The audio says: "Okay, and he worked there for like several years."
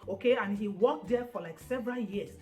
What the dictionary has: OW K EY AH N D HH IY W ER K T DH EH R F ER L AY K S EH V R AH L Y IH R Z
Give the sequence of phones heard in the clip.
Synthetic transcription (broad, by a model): OW K EY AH N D HH IY W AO K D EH F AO L AY K S EH V R AH L Y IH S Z